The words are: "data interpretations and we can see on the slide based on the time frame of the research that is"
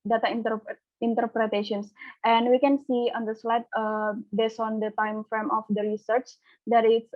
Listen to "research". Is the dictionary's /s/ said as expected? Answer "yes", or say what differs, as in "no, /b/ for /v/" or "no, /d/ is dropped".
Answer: yes